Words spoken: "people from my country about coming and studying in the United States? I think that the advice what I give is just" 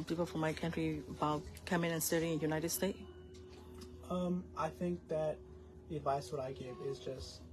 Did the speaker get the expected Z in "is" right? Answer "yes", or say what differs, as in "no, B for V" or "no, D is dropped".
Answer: yes